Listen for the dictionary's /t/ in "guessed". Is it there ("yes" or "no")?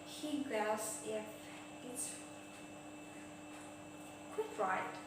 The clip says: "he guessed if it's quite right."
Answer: no